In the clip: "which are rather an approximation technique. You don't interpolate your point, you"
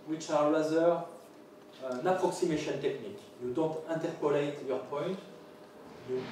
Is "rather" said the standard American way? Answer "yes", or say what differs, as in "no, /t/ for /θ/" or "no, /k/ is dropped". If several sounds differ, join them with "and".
no, /l/ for /ɹ/